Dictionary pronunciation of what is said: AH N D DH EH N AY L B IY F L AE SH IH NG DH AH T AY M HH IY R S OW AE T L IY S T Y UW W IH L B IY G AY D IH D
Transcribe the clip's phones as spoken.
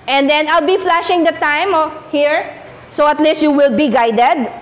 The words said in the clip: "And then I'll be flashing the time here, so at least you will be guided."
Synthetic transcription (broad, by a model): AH N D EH N AY L B IY F L AE SH IH NG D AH T AY M HH IY R S OW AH T L IY S T Y UW W IH L B IY G AY D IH D